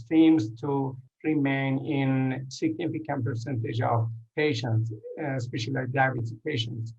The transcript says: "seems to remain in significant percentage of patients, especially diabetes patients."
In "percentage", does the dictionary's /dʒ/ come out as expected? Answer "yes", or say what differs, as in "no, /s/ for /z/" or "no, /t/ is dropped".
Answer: yes